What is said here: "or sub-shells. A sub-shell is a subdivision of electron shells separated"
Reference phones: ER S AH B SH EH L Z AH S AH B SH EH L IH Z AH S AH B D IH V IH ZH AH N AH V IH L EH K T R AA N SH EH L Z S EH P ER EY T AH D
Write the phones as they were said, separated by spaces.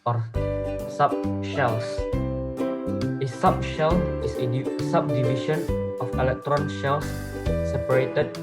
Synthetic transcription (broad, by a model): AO S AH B SH EH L S AH S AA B SH EH L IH S AH S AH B D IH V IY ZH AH N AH F IH L EH K T R AA N SH EH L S S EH P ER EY T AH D